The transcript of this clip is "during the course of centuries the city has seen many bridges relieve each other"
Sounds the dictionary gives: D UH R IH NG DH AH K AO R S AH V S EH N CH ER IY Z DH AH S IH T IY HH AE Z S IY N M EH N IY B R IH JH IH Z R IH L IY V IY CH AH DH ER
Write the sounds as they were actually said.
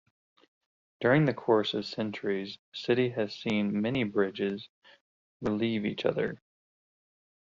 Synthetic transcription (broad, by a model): D UH R IH NG DH AH K AO R S AH V S EH N CH ER IY Z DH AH S IH T IY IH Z S IY N M EH N IY B R IH JH IH Z R IH L IY V IY CH AH DH ER